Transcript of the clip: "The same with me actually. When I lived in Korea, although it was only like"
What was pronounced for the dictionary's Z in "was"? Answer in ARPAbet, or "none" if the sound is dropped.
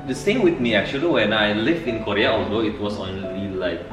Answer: S